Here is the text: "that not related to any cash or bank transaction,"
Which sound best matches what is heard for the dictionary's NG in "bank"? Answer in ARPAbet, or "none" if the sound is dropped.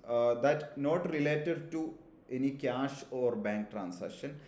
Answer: NG